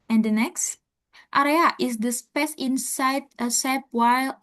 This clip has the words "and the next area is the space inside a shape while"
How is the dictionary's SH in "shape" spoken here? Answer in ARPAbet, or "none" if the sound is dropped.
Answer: S